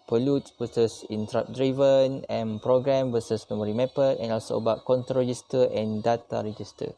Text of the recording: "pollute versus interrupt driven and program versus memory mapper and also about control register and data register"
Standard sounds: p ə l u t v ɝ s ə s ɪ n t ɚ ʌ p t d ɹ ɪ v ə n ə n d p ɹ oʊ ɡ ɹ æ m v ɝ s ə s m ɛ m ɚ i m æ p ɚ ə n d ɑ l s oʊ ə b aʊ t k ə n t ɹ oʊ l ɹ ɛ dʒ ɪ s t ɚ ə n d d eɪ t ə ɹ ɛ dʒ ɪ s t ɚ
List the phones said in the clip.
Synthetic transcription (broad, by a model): p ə l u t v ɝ s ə s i n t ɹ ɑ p d ɹ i v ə n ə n p ɹ oʊ ɡ ɹ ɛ m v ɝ s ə s m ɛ m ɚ i m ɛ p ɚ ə n ɑ l s oʊ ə b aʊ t k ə n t oʊ ɹ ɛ dʒ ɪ s t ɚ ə n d d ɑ t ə ɹ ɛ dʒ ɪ s t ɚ